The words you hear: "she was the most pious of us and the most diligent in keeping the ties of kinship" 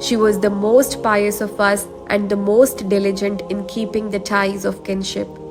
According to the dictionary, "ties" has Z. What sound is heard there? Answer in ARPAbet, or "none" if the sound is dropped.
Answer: Z